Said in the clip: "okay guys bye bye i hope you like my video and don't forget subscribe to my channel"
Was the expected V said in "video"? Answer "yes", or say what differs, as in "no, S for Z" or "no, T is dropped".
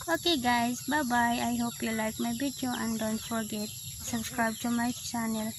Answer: no, B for V